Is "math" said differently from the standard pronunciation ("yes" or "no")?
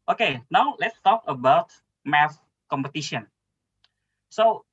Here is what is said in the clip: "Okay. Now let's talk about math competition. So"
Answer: yes